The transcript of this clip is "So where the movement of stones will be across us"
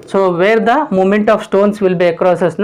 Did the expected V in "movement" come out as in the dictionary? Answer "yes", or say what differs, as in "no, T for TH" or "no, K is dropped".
no, V is dropped